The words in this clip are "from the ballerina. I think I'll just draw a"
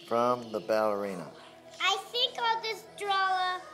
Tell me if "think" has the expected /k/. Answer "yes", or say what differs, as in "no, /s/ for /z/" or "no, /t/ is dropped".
yes